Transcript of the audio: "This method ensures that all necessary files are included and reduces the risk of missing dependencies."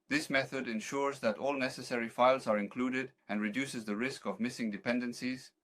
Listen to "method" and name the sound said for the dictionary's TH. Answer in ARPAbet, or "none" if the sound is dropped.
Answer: TH